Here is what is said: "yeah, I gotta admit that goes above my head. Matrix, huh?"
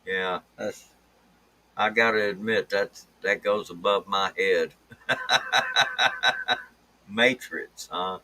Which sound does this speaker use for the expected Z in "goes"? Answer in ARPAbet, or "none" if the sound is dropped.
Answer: Z